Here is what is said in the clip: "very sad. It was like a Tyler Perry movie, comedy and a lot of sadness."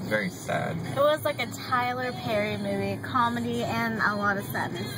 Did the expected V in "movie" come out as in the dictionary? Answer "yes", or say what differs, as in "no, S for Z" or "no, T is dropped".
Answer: yes